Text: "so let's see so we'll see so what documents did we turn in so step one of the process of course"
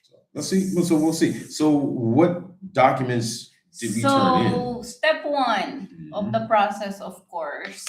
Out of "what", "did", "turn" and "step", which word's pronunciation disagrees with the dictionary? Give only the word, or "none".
turn